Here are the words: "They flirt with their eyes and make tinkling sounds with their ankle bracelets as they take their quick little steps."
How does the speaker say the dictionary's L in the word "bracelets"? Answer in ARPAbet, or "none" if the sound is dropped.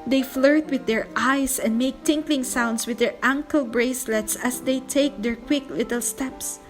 L